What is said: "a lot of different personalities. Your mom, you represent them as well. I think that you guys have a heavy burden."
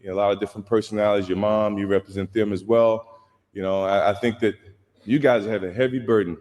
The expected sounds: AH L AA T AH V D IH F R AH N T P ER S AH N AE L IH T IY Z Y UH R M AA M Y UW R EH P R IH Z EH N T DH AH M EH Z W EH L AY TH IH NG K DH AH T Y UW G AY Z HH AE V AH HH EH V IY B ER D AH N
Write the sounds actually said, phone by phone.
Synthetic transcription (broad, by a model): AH L AA T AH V D IH F R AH N P ER S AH N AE L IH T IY Z Y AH R M AA M Y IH R EH P R IH Z EH N T DH AH M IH Z W EH L AY TH IH NG K DH AH T Y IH G AY Z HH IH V AH HH EH V IY B ER D N